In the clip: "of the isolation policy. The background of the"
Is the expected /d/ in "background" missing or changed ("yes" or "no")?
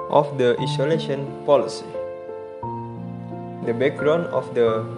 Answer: yes